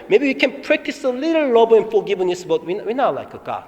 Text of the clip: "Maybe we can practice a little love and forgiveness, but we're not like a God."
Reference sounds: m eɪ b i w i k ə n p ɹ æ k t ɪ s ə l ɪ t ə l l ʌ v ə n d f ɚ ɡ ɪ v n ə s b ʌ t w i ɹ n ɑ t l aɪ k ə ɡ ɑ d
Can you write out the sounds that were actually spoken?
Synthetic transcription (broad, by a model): m eɪ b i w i k ə n p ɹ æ k t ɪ s ə l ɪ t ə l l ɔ b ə n f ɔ ɡ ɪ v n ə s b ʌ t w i w n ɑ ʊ l aɪ k ə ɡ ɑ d